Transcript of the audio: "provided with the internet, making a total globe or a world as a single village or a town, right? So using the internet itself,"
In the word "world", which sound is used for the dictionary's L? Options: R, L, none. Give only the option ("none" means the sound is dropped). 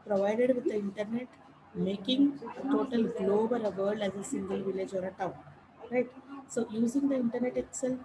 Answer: none